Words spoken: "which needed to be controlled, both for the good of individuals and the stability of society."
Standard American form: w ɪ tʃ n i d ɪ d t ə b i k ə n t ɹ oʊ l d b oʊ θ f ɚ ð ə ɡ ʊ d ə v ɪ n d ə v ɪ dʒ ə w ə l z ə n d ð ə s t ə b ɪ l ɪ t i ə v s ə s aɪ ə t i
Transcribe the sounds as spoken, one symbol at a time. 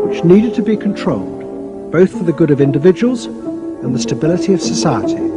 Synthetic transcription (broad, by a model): w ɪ tʃ n i d ɪ d t ə b i k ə n t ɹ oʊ l d b oʊ θ f ɚ ð ə ɡ ʊ d ə v ɪ n d ə v ɪ dʒ ə w ə l z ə n ð ə s t ə b ɪ l ɪ t i ə v s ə s aɪ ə t i